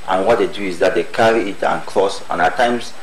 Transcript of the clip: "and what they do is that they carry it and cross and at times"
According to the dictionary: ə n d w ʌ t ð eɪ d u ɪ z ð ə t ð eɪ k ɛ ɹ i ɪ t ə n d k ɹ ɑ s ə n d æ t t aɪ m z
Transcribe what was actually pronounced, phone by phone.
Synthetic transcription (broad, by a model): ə n w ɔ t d eɪ d u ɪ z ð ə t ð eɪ k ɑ ɹ i ɪ t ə n k l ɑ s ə n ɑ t t aɪ m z